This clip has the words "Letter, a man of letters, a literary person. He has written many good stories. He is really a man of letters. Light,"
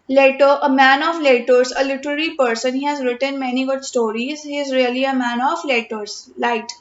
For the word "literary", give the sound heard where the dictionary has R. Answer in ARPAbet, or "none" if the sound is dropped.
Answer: R